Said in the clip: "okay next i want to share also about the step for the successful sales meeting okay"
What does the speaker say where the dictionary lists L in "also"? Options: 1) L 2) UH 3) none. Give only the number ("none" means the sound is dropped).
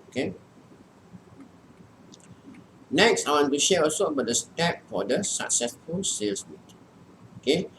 3